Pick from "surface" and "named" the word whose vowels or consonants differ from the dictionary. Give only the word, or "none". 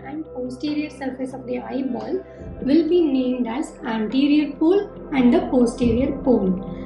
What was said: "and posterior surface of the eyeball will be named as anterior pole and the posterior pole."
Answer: none